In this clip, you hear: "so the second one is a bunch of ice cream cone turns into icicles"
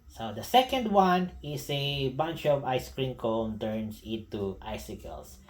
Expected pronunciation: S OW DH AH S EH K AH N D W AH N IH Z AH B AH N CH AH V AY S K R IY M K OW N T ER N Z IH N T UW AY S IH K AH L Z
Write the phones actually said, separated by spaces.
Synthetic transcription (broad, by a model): S OW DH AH S EH K AH N D W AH N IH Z AH B AH N CH AH V AY S K R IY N K OW N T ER N S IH N T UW AY S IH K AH L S